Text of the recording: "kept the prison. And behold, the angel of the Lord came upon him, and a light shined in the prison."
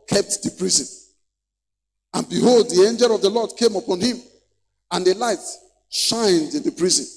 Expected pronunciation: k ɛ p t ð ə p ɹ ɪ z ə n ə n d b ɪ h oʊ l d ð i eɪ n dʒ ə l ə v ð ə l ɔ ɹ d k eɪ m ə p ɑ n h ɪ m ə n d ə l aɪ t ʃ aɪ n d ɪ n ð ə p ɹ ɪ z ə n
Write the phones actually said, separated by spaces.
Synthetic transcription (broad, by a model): k ɛ p t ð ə p ɹ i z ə n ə n b ɪ h oʊ l d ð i eɪ n dʒ ə l ə v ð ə l ɔ d k eɪ m ə p ɑ n h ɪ m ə n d ə l aɪ t ʃ aɪ n d ɪ n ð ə p ɹ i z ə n